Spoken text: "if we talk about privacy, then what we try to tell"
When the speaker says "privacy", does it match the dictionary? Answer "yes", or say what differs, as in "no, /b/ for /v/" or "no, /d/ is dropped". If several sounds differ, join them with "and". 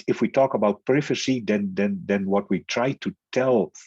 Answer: no, /f/ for /v/